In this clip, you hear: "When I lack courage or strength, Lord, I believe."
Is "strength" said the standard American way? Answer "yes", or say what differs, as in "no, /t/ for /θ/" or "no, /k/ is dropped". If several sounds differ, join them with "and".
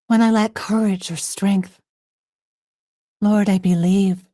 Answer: yes